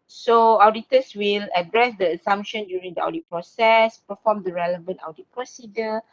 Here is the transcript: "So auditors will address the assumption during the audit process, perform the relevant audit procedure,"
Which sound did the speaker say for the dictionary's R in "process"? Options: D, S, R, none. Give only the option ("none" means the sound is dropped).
R